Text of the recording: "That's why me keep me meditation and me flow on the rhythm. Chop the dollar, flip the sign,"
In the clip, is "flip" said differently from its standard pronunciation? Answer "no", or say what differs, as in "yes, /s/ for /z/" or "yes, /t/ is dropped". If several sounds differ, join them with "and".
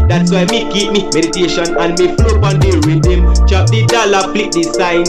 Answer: yes, /p/ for /f/